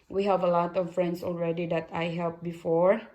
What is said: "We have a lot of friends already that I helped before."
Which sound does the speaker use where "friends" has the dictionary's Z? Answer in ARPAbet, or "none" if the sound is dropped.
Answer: S